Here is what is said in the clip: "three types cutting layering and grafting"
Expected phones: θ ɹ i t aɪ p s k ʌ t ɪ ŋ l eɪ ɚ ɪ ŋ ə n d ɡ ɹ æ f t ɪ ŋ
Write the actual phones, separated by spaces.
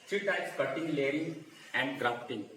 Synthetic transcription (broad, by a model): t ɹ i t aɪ s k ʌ t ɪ ŋ l eɪ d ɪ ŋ ə n d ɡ ɹ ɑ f t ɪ ŋ